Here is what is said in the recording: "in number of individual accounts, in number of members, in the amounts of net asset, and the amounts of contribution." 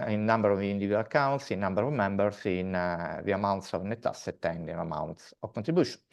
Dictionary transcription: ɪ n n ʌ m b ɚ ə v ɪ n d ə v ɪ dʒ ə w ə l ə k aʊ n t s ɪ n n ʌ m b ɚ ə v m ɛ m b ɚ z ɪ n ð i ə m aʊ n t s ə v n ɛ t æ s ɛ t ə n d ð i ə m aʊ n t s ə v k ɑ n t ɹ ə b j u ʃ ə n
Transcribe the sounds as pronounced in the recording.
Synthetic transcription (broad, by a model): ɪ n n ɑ m b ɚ ə v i n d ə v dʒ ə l ə k aʊ n t s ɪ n n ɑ m b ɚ ə v m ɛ m b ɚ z ɪ n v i ə m aʊ n t s ə v n ɛ t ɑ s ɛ t ə n d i ə m aʊ n t s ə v k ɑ n t ɹ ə b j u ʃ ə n